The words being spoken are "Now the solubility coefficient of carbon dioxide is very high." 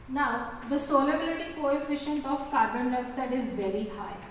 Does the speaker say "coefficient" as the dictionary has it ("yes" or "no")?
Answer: yes